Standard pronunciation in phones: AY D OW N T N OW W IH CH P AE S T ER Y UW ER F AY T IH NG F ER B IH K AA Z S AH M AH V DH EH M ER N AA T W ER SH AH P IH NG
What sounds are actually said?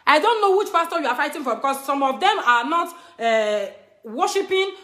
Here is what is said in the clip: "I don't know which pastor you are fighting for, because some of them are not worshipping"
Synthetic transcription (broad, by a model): AY D OW N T N OW W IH CH F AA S T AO Y UW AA F AY T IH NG F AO B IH K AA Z S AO M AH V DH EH M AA N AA T W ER SH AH P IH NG